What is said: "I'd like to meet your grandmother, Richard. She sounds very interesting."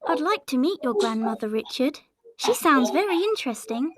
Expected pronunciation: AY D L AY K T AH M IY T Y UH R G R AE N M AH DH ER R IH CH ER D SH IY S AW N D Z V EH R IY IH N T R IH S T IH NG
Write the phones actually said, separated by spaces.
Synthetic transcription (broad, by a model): AY D L AY K T AH M IY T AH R G R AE N M AH DH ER R IH CH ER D SH IY S AW N D Z V EH R IY IH N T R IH S T IH NG